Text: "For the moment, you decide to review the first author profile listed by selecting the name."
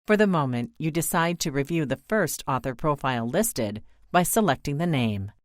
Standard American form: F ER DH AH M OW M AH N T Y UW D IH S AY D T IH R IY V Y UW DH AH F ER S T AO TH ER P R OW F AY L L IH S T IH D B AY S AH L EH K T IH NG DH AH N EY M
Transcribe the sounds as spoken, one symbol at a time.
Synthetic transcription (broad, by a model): F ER DH AH M OW M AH N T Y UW D IH S AY D T IH R IY V Y UW DH AH F ER S T AO TH ER P R OW F AY L L IH S T IH D B AY S AH L EH K T IH NG DH AH N EY M